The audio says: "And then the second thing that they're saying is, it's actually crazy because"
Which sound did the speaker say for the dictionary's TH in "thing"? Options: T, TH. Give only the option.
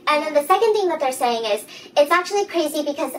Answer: TH